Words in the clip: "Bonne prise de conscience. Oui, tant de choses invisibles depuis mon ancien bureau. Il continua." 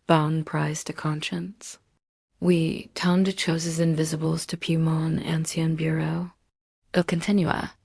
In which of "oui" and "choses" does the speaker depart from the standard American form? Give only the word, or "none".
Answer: none